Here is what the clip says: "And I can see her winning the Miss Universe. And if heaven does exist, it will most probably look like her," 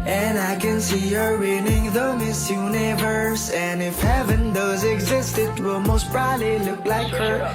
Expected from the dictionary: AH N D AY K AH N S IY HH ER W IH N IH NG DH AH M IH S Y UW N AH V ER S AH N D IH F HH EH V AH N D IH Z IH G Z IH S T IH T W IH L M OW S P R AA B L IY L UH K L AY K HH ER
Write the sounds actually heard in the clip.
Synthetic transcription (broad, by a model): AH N AY K AH N S IY HH ER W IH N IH NG DH AH M IH S Y UW N AH V ER S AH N IH F HH EH V AH N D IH Z IH G Z IH S T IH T W IH L M OW S B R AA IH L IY L UH K L AY K HH ER